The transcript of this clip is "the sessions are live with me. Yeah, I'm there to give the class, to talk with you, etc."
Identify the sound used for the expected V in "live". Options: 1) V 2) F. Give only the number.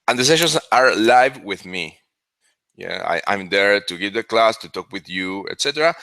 1